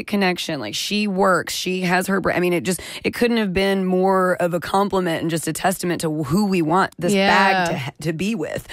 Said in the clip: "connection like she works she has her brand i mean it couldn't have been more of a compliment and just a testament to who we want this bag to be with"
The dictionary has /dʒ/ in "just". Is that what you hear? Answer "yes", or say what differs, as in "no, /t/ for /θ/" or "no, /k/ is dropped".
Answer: yes